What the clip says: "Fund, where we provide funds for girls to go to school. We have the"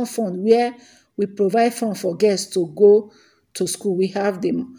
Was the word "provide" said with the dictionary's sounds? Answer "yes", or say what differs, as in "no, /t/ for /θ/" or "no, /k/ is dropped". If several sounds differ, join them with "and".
yes